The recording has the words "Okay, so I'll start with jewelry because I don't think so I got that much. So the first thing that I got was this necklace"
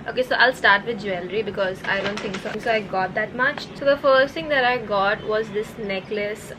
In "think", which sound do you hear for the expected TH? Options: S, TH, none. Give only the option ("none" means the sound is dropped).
S